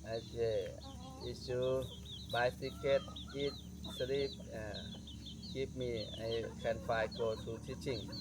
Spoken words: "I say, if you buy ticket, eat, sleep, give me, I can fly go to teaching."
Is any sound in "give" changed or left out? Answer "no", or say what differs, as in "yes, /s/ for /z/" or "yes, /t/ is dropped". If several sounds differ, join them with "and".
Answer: yes, /p/ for /v/